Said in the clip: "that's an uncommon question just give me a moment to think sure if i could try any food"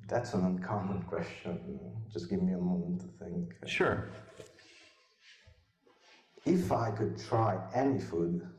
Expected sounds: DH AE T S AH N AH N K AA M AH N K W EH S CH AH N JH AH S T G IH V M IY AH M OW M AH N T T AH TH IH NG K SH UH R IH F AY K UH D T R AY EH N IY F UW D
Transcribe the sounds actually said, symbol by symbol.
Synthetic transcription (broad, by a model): DH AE T S AH N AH N K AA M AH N K W EH S CH AH N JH AH S G IH V M IY AH M OW M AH N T T AH TH IH NG K SH UH R IH F AY K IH D T R AY EH N IY F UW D